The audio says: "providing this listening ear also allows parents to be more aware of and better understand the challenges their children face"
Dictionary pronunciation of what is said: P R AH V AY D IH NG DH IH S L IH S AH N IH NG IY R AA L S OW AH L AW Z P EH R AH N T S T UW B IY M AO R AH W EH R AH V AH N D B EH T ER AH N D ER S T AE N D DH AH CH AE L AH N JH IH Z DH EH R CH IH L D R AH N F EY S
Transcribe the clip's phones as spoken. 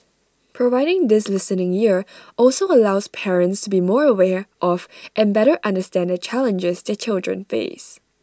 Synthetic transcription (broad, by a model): P R AH V AY D IH NG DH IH S L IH S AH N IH NG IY R AA L S OW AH L AW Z P EH R AH N T S T UW B IY M AO R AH W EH R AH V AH N B EH T ER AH N D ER S T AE N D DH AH CH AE L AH N JH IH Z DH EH CH IH L D R AH N F EY S